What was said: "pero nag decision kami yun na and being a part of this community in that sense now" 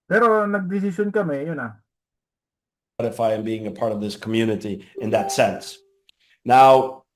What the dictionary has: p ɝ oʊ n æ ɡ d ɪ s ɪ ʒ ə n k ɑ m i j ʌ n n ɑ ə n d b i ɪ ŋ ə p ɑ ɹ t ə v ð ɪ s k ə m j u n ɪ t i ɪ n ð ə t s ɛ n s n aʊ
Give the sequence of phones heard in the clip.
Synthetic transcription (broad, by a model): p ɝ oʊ n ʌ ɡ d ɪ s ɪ s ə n k ɑ m i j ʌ n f ɑ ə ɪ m b i ɪ ŋ ə p ɑ ɹ t ə v ð ɪ s k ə m j u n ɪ t i ɪ n ð ə t s ɛ n s n aʊ